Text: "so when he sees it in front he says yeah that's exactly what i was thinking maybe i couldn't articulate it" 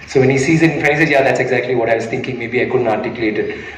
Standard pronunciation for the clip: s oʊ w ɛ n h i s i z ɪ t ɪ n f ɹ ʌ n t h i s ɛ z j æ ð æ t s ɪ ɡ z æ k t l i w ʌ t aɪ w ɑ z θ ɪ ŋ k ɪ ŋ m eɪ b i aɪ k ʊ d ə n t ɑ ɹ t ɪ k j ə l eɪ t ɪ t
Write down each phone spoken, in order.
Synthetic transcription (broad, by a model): s oʊ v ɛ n h i s i z ɪ t ɪ n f ɛ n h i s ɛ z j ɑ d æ t s ɪ ɡ z æ k t l i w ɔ t aɪ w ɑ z t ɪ ŋ k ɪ ŋ m eɪ b i aɪ k ʊ d ə n t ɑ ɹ t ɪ k j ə l eɪ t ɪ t